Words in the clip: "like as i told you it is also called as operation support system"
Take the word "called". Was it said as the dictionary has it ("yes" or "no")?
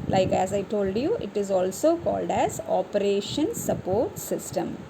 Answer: yes